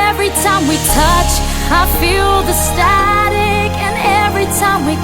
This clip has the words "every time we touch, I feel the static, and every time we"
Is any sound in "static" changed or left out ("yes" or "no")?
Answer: no